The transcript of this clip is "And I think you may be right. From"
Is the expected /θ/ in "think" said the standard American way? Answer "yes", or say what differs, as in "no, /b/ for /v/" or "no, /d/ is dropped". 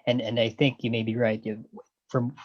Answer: yes